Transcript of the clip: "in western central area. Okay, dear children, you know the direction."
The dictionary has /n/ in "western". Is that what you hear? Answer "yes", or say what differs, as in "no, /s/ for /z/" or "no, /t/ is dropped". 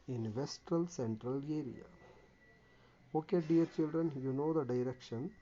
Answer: no, /l/ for /n/